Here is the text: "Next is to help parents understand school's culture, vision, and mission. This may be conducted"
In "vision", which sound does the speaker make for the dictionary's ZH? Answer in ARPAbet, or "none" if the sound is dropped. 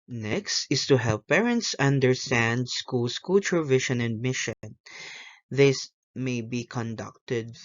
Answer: SH